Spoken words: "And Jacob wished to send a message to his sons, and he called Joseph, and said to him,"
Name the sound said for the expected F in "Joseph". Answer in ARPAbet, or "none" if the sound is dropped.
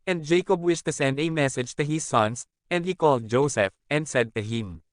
F